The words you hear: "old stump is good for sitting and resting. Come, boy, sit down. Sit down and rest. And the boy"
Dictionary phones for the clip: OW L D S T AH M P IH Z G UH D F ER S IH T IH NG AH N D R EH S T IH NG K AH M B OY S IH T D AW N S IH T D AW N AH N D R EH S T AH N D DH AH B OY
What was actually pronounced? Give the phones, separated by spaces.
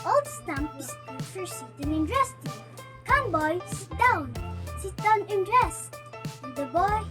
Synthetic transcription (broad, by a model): OW L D S T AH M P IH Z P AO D F ER S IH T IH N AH N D R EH S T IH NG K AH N B OY S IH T D AW N S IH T D AW N AH N D R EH S AH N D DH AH B OY